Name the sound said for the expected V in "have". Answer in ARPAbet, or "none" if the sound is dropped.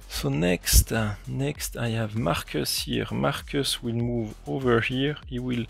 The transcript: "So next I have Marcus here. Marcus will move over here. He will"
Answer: V